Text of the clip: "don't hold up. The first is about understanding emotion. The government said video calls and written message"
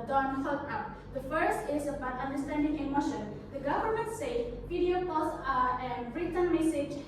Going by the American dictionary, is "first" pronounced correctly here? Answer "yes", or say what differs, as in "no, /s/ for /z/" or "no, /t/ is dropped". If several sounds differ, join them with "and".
yes